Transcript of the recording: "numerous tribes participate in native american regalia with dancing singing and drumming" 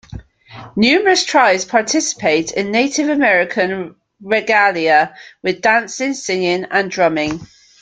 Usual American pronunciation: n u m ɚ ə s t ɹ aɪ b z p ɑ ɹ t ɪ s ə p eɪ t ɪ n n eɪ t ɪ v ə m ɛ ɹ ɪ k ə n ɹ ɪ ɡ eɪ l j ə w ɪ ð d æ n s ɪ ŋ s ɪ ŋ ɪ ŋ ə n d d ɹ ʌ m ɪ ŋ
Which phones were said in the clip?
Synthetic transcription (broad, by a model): n u m ɚ ə s t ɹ aɪ z p ɑ t ɪ s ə p eɪ t ɪ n n eɪ t ɪ v ə m ɛ ɹ ɪ k ə n ɹ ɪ ɡ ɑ l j ə w ɪ ð d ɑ n s ɪ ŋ s ɪ ŋ ɪ ŋ ə n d d ɹ ʌ m ɪ ŋ